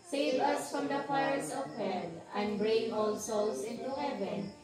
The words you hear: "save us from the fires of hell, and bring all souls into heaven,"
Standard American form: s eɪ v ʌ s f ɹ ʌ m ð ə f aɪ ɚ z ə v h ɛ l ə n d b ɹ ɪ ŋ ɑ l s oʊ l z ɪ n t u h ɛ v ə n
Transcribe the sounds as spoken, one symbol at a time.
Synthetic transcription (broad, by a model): s eɪ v ʌ s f ɹ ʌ m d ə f aɪ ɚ s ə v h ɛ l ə n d b ɹ ɪ ŋ ɑ l s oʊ l s ɪ n t u h ɛ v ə n